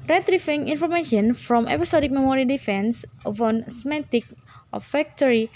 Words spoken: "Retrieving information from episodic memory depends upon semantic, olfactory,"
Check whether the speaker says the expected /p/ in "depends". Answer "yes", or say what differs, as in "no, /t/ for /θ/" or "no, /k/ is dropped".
no, /f/ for /p/